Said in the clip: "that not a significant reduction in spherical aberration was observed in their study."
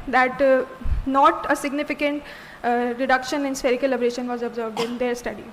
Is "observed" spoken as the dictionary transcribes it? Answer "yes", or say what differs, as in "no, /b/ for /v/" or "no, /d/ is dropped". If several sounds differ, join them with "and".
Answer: yes